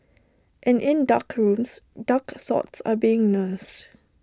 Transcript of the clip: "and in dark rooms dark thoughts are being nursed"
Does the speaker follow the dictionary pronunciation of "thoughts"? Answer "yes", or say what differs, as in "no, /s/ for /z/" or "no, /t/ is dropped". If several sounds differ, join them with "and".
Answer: no, /s/ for /θ/